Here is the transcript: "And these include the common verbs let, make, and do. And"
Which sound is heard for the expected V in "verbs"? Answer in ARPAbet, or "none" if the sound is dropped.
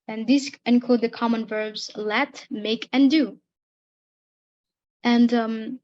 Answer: V